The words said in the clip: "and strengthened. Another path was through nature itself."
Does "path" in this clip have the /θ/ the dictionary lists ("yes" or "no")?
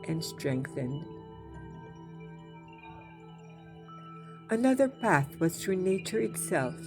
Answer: yes